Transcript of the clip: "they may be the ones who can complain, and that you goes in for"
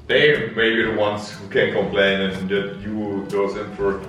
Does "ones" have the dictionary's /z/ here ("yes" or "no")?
no